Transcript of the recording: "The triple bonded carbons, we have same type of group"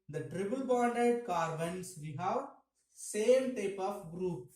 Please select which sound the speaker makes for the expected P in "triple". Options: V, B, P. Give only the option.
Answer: B